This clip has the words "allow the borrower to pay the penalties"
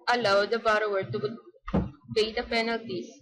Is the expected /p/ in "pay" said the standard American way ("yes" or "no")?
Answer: no